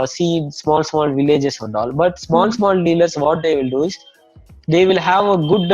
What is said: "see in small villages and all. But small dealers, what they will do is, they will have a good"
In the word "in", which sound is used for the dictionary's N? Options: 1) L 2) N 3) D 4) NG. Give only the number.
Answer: 1